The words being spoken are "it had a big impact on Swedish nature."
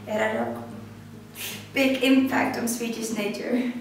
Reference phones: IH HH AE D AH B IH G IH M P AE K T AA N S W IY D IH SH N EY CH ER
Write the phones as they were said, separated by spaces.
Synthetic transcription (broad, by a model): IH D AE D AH B IH G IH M P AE K T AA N S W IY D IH S N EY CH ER